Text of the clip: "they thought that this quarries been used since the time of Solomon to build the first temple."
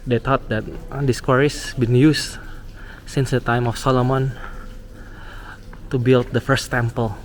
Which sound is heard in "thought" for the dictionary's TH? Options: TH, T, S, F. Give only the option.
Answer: T